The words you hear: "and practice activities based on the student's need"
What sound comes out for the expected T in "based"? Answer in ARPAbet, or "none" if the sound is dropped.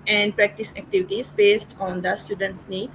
T